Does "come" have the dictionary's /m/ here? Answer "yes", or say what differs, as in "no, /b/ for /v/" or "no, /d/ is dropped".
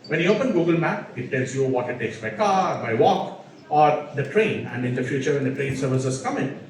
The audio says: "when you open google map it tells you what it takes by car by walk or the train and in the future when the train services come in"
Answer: yes